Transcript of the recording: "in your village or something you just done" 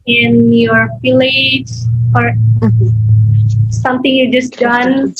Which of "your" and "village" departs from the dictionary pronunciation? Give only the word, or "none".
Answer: village